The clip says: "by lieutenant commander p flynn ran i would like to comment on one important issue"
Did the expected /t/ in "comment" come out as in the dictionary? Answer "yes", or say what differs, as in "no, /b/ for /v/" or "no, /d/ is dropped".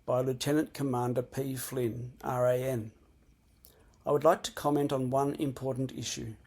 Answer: yes